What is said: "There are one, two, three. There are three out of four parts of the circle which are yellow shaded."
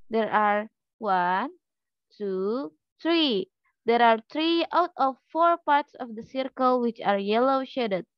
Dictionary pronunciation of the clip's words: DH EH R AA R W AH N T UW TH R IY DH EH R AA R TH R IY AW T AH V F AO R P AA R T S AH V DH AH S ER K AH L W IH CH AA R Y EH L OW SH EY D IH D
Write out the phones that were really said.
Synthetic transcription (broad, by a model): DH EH R AA R W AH N T UW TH R IY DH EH R AA R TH R IY AW T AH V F AO R P AA R T S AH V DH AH S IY K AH L W IH CH AA R Y EH L OW SH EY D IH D